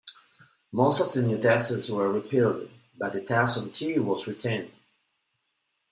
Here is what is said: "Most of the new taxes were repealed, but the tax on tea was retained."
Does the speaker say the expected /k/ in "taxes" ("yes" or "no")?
no